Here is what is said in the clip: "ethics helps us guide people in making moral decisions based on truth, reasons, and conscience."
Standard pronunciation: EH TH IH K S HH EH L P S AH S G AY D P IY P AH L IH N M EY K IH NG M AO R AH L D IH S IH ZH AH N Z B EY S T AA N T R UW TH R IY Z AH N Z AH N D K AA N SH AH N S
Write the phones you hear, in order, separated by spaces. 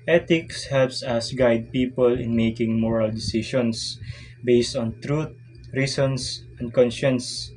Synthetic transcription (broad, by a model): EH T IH K S HH EH L P S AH S G AY D P IY P AH L IH N M EY K IH NG M AO R AH L D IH S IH SH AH N S B EY S T AA N T R UW T R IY S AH N S AH N D K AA N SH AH N S